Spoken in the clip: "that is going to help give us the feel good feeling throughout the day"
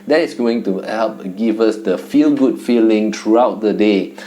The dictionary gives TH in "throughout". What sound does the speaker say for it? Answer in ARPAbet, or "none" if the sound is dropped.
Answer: T